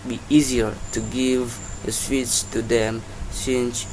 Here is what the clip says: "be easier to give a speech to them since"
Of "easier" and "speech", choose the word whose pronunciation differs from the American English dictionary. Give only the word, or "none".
speech